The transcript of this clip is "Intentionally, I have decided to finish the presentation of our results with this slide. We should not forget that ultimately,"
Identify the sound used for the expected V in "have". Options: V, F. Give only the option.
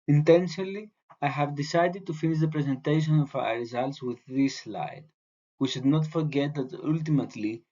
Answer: V